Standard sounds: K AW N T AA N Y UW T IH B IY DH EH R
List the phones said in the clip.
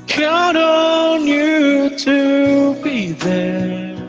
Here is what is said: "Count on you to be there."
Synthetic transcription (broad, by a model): K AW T AA N Y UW T IH B IY DH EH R